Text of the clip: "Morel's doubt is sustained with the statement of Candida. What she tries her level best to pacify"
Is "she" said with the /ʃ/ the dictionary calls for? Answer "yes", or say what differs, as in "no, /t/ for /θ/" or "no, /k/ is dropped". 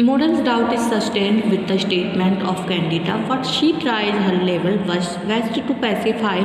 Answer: yes